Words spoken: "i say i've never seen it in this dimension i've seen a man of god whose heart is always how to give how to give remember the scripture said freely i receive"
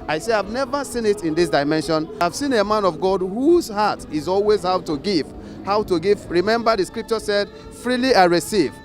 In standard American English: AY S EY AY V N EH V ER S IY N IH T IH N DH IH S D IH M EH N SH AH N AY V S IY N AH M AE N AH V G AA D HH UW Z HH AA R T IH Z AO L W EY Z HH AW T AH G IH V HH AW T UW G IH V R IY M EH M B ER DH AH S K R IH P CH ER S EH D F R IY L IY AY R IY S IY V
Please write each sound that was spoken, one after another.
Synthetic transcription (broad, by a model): AY S EY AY V N EH V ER S IY N IH T IH N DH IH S D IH M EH N SH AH N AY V S IY N AH M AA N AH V G AA D HH UW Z HH AA T IH Z AO L W EY Z HH AW T AH G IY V HH AW T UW G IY V R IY M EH M B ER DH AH S K R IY P CH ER S EH D F R IY L IY AY R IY S IY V